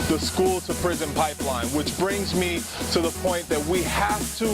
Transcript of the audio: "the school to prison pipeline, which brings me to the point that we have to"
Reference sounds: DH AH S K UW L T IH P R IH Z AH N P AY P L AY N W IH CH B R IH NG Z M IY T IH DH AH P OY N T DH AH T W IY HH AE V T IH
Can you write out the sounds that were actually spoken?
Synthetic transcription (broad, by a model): DH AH S K UW L T IH P R IH Z AH N P AY P L AY N W IH CH B R IH NG Z M IY T IH DH AH P OY N DH AH T W IY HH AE F T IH